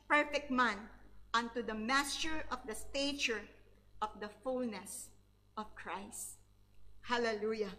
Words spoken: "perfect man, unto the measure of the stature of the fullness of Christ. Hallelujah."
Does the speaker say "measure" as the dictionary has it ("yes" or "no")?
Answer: no